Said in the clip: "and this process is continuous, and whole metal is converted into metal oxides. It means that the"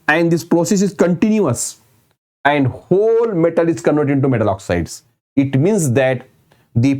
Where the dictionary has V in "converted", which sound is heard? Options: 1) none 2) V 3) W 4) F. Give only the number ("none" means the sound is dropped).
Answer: 1